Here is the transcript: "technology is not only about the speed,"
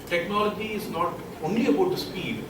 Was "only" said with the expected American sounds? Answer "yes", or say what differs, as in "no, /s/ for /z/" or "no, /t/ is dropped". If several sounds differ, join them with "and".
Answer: yes